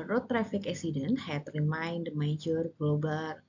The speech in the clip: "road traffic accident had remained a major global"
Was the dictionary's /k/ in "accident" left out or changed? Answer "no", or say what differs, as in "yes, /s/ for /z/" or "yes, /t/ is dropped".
yes, /k/ is dropped